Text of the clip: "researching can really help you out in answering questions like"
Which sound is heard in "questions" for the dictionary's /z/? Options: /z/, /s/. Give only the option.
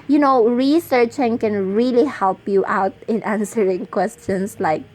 /s/